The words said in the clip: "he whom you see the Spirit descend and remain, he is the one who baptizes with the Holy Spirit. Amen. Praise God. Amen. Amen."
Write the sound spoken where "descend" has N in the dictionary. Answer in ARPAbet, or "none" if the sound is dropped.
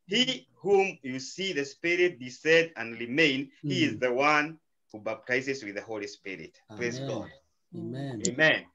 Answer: none